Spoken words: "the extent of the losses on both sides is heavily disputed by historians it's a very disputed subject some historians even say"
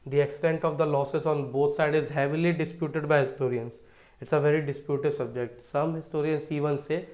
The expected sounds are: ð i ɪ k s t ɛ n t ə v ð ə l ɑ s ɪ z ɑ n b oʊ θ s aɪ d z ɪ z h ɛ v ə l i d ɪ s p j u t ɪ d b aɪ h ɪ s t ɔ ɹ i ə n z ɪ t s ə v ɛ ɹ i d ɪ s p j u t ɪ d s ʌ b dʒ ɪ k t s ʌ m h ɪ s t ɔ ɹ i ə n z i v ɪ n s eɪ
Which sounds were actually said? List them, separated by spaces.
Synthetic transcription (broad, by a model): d i ɪ k s t ɛ n t ə v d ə l ɑ s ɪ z ɑ n b oʊ t s aɪ d ɪ z h ɛ v ə l i d ɪ s p j u t ɪ d b aɪ h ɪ s t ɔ ɹ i ə n s ɪ t s ə v ɛ ɹ i d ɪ s p j u t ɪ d s ʌ b dʒ ɪ k t s ʌ m h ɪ s t ɔ ɹ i ə n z i v ɪ n s eɪ